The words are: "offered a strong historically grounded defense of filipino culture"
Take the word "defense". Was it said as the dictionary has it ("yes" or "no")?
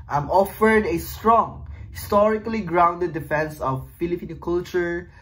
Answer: yes